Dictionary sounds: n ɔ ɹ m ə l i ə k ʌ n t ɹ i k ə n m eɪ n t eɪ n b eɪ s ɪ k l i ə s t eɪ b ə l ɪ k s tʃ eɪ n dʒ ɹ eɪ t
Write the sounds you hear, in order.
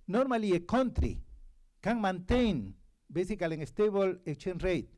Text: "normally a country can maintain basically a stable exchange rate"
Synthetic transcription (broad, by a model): n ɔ ɹ m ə l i ə k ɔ n t ɹ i k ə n m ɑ n t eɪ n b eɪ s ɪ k l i ə s t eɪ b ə l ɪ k tʃ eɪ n ɹ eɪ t